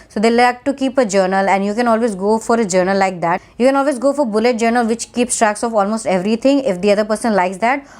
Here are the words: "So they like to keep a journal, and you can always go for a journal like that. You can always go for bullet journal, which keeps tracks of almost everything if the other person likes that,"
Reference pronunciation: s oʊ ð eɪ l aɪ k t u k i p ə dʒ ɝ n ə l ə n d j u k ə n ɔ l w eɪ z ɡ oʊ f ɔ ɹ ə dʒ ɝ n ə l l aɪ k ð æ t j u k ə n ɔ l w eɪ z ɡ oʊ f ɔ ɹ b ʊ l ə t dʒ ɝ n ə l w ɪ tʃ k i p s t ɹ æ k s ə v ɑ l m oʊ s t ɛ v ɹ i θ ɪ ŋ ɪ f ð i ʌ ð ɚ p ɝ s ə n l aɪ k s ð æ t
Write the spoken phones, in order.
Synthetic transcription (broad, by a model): s oʊ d eɪ l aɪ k t u k i p ə dʒ ɝ n ə l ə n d j u k ə n ɔ l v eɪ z ɡ oʊ f ɔ ɹ ə dʒ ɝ n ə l l aɪ k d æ t j u k ə n ɔ l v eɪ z ɡ oʊ f ɔ ɹ b ʊ l ə t dʒ ɝ n ə l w ɪ tʃ k i p s t ɹ æ k s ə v ɑ l m oʊ s t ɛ v ɹ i t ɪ ŋ ɪ f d i ʌ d ɚ p ɝ s ə n l aɪ k s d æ t